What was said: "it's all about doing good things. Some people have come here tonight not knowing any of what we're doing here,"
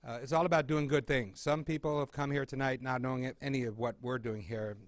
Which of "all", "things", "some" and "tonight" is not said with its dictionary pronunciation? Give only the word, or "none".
none